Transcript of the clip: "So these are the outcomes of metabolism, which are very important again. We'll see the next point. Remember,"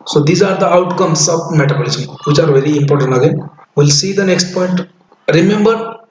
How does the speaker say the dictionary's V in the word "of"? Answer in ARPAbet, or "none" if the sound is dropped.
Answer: B